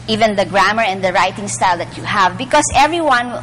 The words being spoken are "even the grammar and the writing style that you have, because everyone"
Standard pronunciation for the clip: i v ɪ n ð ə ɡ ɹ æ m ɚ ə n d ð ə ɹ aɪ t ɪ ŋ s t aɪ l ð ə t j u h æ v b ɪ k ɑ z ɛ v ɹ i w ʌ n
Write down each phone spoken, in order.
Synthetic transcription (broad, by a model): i v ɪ n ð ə ɡ ɹ æ m ɚ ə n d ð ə ɹ aɪ t ɪ ŋ s t aɪ l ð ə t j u h æ v b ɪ k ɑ s ɛ v ɹ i w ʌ n